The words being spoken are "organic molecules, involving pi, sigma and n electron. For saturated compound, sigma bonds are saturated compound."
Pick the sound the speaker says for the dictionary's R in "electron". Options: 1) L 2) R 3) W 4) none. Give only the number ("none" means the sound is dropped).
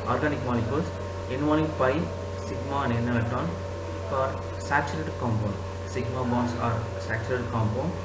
4